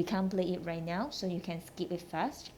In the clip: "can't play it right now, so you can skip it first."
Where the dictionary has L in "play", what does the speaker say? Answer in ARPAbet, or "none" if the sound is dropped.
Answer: L